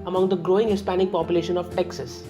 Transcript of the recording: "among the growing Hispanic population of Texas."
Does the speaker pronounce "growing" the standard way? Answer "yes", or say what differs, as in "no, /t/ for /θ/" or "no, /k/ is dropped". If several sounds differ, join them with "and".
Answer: yes